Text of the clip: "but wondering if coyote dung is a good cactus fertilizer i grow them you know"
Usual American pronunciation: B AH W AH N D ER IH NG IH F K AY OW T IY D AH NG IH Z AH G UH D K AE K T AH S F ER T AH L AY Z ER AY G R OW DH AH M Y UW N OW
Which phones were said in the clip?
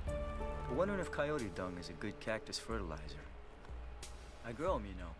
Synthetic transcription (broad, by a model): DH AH W AH N D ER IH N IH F K AY OW T IY D AH NG IH Z AH G UH D K AE K T AH S F ER T AH L AY Z ER AY G R OW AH M Y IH N OW